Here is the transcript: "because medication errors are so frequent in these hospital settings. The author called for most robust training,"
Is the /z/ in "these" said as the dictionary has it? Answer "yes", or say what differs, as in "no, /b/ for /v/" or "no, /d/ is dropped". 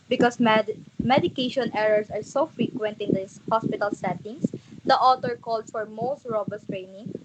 no, /z/ is dropped